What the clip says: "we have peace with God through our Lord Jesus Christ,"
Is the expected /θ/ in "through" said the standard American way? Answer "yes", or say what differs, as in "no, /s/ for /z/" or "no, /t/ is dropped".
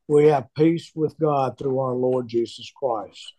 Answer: yes